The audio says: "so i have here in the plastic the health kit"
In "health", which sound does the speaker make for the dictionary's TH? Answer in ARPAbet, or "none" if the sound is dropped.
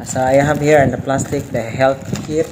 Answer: T